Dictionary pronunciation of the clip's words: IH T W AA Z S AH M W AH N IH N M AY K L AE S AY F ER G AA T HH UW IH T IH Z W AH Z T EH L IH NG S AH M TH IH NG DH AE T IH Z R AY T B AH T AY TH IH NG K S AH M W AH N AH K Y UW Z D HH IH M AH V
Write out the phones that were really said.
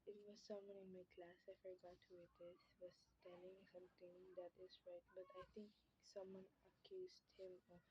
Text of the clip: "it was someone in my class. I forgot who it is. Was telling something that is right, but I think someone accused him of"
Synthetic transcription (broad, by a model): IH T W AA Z S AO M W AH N IH N M AY K L AE S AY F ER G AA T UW IH T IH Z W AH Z T EH L IH NG S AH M T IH NG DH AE T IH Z R AY T B AH T AY T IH NG K S AH M W AH N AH K Y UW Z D HH IH M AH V